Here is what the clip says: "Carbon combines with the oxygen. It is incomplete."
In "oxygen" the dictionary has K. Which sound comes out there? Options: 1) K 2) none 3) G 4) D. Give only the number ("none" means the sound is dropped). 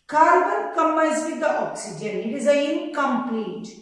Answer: 1